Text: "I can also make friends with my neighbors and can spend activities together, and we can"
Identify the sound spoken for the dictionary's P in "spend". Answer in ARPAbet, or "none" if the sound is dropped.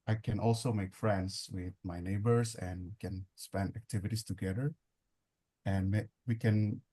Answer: P